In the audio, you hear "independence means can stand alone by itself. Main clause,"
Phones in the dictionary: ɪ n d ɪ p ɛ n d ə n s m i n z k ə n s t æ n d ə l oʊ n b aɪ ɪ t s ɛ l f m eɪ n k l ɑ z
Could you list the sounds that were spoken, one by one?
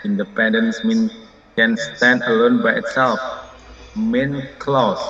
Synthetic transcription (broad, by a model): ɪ n d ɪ p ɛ n d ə n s m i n k ə n s t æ n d ə l oʊ n b aɪ ɪ t s ɛ l f m eɪ n k l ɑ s